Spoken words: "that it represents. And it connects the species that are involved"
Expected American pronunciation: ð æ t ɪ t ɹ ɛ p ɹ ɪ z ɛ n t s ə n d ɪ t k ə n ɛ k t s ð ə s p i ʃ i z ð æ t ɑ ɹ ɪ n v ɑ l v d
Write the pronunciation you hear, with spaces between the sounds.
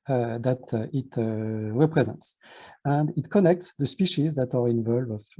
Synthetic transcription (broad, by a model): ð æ t ɪ t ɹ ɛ p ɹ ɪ z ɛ n t s ə n d ɪ t k ə n ɛ k t s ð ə s p i ʃ i z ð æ t ɑ ɹ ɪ n v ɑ l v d